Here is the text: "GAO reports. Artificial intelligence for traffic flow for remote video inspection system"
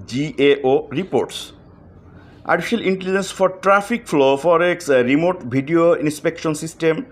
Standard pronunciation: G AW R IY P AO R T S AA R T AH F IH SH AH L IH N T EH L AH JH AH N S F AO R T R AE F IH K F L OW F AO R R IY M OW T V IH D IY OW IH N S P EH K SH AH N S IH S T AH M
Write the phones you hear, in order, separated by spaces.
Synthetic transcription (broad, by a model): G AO R IY P AO R T S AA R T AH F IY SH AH L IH N T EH L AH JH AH N S F AO R T R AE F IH K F L OW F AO R R IY M OW T B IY D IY OW IH N S P EH K SH AH N S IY S T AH M